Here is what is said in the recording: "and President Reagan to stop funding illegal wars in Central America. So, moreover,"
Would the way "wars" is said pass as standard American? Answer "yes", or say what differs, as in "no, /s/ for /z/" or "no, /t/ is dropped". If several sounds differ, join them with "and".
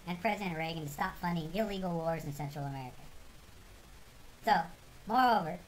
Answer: yes